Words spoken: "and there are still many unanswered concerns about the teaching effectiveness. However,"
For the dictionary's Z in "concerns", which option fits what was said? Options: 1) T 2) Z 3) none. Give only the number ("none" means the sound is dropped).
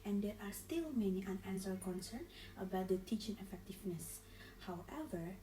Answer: 3